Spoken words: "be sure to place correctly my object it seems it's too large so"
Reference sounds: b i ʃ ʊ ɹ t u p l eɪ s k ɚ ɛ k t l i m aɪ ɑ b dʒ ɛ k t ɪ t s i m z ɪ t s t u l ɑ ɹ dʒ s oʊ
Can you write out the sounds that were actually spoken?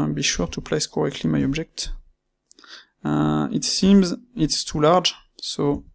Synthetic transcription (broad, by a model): b i ʃ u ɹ t u p l eɪ s k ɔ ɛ k t l i m aɪ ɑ b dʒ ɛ k t ɪ t s i m z ɪ t s t u l ɑ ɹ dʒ s oʊ